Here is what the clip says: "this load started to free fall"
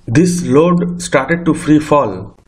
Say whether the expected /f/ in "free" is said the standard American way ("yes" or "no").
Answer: yes